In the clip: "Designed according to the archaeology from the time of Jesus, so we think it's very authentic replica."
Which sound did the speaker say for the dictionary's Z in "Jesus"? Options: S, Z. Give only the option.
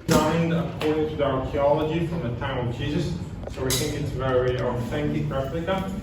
Z